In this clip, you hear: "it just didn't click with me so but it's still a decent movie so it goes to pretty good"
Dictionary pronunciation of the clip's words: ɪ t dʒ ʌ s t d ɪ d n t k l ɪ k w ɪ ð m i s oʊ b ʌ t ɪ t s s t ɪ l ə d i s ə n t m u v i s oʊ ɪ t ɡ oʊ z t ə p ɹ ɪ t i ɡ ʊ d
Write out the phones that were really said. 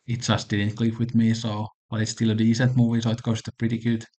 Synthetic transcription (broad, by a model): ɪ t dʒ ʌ s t d ɪ d n t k l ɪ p w ɪ ð m i s oʊ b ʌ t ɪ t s s t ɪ l ə d i s ə n t m u v i s oʊ ɪ t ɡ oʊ s t ə p ɹ ɪ t i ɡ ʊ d